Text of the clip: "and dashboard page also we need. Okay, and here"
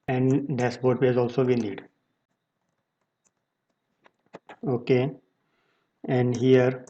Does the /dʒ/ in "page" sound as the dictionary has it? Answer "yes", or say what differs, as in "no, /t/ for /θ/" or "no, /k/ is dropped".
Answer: no, /z/ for /dʒ/